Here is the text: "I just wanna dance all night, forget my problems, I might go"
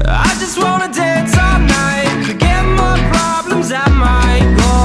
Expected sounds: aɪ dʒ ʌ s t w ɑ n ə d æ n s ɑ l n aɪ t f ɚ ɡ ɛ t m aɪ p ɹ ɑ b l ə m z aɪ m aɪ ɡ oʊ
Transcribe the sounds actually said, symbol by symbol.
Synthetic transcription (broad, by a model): aɪ dʒ ʌ s t w ɑ n ə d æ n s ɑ n aɪ t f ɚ ɡ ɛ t m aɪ p ɹ ɑ b l ə m z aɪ m aɪ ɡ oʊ